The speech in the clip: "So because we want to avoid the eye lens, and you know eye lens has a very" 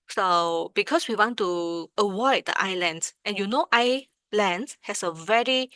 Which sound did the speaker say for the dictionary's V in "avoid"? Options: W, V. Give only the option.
W